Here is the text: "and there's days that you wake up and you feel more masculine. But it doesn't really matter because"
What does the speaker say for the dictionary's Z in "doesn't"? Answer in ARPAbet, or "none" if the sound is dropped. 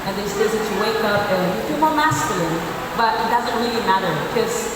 Z